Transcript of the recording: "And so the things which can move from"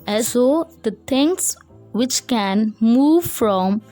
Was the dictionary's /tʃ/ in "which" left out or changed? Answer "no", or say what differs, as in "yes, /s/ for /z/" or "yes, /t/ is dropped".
no